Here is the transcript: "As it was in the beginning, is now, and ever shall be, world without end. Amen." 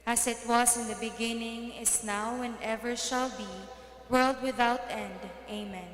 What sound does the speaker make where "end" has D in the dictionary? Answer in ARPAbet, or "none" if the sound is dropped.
D